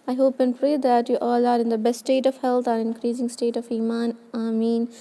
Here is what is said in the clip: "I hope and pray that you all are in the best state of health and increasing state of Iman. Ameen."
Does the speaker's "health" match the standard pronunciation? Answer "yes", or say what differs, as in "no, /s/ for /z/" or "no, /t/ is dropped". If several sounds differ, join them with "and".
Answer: no, /t/ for /θ/